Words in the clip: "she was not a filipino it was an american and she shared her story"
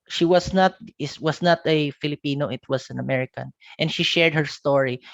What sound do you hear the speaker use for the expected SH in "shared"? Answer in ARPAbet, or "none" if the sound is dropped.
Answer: SH